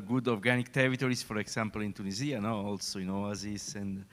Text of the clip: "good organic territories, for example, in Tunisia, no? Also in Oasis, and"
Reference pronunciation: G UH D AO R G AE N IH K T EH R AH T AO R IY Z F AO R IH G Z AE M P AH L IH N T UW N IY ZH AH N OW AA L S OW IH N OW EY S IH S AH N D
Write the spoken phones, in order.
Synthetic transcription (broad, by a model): G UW D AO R G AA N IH K T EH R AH T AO R IY S F AO R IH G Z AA M P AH L IH N T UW N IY Z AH N OW AA L S OW IH N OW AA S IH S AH N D